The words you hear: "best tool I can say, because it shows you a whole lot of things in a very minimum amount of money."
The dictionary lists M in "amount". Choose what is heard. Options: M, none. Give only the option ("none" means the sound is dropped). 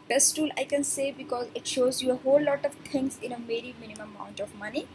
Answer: none